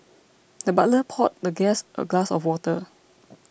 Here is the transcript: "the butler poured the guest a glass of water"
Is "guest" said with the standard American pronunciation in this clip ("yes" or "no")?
yes